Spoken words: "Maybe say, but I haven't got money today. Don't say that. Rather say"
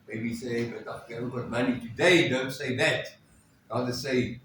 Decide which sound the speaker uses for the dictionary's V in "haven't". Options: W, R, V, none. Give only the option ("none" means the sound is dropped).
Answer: none